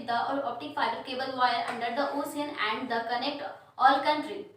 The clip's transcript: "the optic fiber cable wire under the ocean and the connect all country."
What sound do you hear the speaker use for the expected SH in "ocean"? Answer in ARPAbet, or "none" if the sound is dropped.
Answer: S